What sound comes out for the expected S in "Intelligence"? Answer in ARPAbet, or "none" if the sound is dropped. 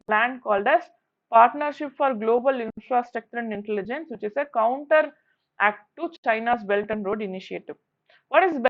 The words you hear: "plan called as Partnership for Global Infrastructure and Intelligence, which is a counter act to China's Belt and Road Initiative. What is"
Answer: S